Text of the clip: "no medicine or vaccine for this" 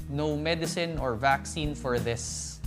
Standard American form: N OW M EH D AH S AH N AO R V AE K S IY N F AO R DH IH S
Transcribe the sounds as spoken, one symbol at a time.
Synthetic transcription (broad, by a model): N OW M EH D AH S AH N AO R V AE K S IY N F AO R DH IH S